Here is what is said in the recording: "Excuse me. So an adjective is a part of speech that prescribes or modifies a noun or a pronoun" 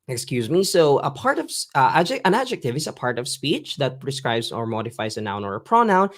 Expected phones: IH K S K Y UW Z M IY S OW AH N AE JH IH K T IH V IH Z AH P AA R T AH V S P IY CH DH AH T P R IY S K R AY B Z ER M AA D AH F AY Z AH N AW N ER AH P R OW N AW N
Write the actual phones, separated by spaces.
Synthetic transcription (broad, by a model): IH K S K Y UW Z M IY S OW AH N AE JH IH K T IH V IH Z AH P AA R T AH V S P IY CH DH AH T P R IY S K R AY B Z ER M AA D AH F AY Z AH N AW N ER AH P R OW N AW N